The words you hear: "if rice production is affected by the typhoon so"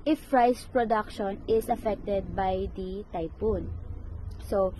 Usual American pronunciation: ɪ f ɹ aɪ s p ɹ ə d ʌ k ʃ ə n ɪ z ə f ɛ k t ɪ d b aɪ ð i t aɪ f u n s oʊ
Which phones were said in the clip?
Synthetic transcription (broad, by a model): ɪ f ɹ aɪ s p ɹ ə d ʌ k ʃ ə n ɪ s ə f ɛ k t ɪ d b aɪ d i t aɪ p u n s oʊ